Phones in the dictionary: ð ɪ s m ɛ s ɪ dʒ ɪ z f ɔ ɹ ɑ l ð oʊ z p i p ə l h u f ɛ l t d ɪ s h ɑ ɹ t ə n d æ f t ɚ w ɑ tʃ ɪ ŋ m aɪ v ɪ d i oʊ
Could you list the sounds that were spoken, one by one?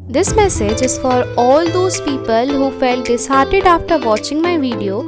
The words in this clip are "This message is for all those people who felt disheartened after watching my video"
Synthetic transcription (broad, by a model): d ɪ s m ɛ s ɪ dʒ ɪ z f ɔ ɹ ɑ l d oʊ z p i p ə l h u f ɛ l t d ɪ s h ɑ ɹ t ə d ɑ f t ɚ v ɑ tʃ ɪ ŋ m aɪ v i d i oʊ